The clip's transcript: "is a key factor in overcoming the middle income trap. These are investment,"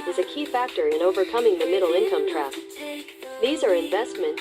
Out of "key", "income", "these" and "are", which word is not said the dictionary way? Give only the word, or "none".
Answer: none